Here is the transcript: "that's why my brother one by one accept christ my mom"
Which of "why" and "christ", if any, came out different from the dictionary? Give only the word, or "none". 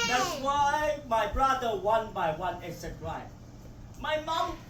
christ